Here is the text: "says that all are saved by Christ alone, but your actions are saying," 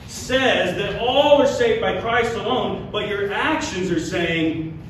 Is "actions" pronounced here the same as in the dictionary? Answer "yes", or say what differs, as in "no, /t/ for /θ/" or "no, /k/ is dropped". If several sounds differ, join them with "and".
yes